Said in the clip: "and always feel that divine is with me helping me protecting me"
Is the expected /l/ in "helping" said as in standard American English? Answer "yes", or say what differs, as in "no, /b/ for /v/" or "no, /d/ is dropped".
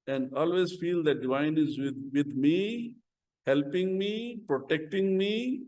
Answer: yes